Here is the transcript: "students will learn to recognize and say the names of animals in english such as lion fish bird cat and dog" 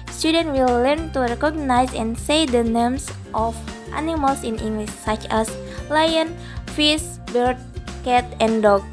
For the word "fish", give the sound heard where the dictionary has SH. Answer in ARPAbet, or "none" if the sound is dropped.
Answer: S